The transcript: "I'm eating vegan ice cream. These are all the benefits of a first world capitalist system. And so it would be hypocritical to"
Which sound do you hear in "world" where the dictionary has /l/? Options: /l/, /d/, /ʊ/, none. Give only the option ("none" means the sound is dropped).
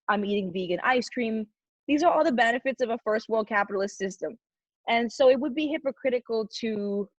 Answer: /l/